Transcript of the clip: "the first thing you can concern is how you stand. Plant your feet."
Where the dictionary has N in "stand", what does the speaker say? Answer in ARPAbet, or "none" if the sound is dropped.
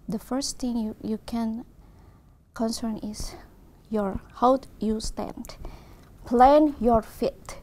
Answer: N